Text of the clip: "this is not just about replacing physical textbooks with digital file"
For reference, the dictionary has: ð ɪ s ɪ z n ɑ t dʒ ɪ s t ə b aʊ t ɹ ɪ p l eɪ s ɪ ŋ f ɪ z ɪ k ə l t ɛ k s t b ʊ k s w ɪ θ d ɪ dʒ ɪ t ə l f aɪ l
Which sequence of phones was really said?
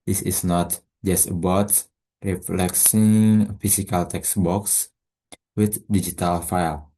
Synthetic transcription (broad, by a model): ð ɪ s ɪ s n ɑ t dʒ ɪ s t ə b aʊ t ɹ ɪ f l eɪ s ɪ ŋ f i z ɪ k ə l t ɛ k s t b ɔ k s w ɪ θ d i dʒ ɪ t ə l f aɪ l